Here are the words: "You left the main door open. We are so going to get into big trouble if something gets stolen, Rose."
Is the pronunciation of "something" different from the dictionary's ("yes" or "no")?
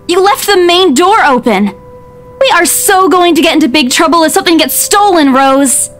no